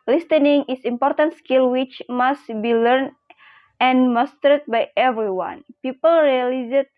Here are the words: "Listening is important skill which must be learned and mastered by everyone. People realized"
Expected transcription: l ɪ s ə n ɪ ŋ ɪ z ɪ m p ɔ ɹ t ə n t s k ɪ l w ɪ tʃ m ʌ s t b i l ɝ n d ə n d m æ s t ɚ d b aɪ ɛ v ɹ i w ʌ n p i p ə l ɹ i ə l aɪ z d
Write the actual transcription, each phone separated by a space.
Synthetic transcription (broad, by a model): l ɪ s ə n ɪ ŋ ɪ s ɪ m p ɔ ɹ t ə n t s k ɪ l w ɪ tʃ m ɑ s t b i l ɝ n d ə n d m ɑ s t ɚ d b aɪ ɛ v ɹ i w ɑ n p i p ə l ɹ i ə l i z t